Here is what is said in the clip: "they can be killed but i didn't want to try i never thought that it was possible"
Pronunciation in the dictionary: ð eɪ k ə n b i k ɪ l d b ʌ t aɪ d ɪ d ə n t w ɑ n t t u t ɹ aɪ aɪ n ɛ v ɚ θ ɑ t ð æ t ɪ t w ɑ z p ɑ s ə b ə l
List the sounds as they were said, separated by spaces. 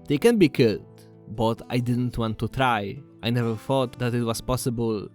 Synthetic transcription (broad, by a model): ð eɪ k ə n b i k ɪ d b ʌ t aɪ d ɪ d ə n t w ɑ n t t u t ɹ aɪ aɪ n ɛ v ɚ θ ɑ t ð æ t ɪ t w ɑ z p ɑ s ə b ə l